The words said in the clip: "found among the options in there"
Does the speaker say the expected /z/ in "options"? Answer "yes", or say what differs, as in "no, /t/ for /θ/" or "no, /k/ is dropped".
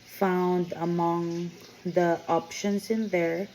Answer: no, /s/ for /z/